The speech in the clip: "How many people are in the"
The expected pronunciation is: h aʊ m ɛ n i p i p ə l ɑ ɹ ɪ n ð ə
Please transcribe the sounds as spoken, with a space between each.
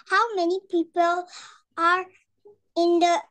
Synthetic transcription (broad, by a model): h aʊ m ɛ n i p i p ə l ɑ ɹ ɪ n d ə